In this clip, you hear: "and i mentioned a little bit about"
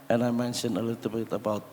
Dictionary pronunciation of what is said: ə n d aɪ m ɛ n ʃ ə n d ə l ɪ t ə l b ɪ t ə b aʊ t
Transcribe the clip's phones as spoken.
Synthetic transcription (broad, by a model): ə n aɪ m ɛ n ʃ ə n ə l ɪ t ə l b ɪ t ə b aʊ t